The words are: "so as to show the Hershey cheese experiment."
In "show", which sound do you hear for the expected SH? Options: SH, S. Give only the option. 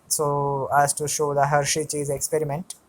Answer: SH